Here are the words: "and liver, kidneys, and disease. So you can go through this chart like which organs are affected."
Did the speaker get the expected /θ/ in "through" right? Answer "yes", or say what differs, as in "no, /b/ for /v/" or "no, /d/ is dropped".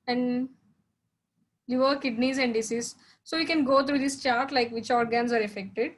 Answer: no, /t/ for /θ/